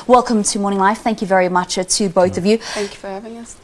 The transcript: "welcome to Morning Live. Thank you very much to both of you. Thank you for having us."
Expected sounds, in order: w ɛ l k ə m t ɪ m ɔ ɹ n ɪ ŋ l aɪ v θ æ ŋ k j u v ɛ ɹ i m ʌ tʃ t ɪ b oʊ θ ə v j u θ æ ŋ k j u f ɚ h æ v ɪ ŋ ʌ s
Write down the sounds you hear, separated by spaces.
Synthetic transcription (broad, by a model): w ɛ l k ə m t ɪ m ɔ ɹ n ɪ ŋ l aɪ f θ æ ŋ k j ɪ v ɛ ɹ i m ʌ tʃ t ɪ b oʊ θ ə v j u θ æ ŋ k j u f ɚ h æ v ɪ ŋ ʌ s